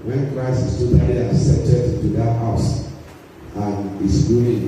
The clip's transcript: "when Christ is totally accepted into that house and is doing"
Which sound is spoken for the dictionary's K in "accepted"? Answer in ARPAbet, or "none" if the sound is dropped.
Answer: none